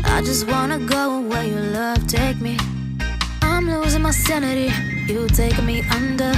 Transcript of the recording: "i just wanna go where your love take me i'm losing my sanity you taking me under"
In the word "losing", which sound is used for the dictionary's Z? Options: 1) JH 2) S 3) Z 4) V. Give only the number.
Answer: 3